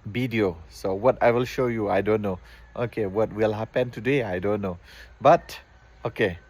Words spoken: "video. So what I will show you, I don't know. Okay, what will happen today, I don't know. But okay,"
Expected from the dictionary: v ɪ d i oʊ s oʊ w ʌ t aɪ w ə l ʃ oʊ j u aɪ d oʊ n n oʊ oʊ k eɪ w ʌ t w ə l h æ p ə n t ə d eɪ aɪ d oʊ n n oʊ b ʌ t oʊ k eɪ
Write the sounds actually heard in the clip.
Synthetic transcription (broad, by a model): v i d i oʊ s oʊ w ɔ t aɪ w ə l ʃ oʊ j u aɪ d oʊ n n oʊ oʊ k eɪ w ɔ t w ə l h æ p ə n t ə d eɪ aɪ d oʊ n n oʊ b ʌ t oʊ k eɪ